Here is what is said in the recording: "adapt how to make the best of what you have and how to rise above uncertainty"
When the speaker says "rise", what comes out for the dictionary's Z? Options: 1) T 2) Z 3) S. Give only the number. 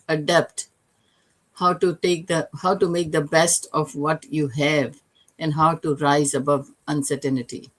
2